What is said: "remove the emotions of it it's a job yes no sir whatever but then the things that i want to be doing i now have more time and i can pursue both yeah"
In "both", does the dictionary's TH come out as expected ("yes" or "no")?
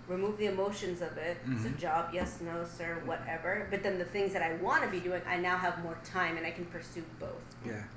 yes